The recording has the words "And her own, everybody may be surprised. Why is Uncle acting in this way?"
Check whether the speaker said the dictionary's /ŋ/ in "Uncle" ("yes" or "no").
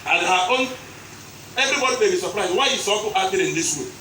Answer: no